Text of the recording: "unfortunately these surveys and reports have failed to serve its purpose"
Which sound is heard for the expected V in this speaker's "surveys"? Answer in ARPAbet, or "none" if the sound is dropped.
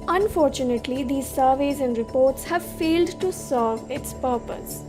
V